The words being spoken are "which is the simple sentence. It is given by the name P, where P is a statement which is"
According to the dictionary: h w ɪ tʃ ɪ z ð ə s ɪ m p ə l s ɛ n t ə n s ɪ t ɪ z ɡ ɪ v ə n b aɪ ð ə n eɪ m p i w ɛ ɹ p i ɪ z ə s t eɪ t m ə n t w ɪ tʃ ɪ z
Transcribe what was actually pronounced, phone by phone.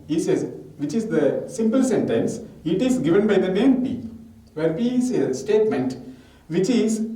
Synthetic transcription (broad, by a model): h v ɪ tʃ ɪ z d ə s ɪ m p ə l s ɛ n t ə n s ɪ t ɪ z ɡ ɪ v ə n b aɪ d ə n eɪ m p i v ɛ ɹ p i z ə s t eɪ t m ə n t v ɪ tʃ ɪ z